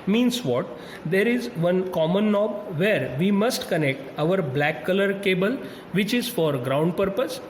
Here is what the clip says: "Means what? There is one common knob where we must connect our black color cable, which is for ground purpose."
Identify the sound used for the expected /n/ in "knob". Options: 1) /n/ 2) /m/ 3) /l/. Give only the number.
1